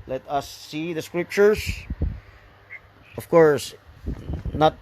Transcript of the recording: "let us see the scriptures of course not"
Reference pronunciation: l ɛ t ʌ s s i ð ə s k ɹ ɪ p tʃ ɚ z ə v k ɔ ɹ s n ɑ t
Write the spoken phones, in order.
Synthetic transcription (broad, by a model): l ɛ t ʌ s s i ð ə s k ɹ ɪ p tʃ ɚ s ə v k ɔ ɹ s n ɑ t